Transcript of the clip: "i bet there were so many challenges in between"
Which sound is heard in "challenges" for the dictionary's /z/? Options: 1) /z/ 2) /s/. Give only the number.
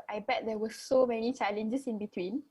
2